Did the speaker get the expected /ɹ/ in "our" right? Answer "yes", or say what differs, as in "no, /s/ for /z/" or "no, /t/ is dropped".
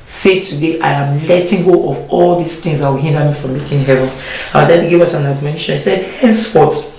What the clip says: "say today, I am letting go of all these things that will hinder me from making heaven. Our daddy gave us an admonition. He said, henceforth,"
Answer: no, /w/ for /ɹ/